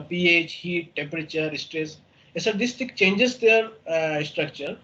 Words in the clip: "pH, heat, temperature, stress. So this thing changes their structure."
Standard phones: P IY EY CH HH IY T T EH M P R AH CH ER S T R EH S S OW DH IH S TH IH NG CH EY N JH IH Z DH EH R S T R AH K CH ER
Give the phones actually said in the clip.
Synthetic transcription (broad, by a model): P IY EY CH HH IY T T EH M P R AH CH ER S T R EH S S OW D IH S T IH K CH EY N JH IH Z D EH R S T R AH K CH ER